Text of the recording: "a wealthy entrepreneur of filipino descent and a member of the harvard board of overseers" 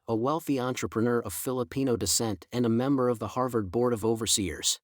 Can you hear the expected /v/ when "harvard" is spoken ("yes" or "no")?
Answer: yes